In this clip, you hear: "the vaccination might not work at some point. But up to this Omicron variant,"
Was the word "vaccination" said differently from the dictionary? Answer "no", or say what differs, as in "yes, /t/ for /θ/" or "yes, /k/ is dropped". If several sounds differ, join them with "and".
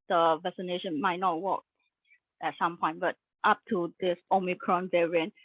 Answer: yes, /k/ is dropped